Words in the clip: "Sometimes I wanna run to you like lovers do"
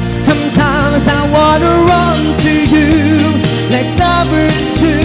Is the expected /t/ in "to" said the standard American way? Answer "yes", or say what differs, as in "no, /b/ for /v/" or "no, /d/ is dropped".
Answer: yes